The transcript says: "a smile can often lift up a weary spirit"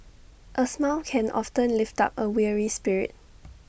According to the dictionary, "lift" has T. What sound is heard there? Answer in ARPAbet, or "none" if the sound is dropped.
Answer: T